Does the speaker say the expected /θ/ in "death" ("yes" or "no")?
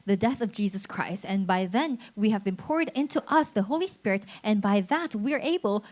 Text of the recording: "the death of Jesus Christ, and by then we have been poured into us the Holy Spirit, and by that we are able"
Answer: yes